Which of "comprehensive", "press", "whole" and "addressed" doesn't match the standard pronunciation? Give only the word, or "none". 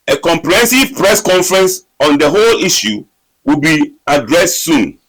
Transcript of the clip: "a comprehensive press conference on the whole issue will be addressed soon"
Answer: none